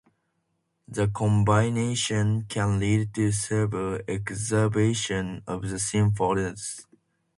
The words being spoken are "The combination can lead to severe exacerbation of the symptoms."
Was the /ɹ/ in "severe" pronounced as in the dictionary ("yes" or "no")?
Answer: no